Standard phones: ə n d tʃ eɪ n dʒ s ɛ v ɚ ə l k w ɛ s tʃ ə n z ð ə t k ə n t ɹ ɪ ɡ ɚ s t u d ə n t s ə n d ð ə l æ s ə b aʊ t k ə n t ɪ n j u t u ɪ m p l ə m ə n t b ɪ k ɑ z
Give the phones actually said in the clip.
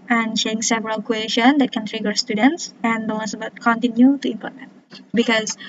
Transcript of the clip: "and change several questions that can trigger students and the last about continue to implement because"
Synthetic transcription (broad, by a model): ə n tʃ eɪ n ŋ s ɛ v ɚ ə l k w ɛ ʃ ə n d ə t k ə n t ɹ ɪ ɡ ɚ s t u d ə n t s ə n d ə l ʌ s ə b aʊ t k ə n t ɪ n j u t u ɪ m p ə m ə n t b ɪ k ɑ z